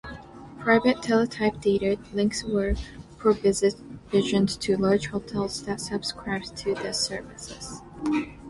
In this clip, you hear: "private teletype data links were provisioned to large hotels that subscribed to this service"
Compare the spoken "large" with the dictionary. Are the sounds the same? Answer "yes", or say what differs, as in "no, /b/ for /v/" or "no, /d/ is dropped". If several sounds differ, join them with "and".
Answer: yes